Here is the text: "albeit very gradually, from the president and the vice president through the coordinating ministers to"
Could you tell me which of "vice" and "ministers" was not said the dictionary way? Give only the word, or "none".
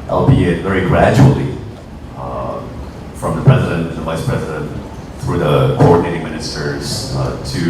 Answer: none